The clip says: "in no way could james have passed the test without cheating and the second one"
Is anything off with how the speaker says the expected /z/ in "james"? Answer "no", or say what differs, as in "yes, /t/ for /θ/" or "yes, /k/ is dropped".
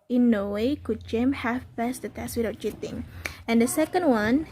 yes, /z/ is dropped